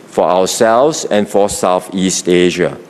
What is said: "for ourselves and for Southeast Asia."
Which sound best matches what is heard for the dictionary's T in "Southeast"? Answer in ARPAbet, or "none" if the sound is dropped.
T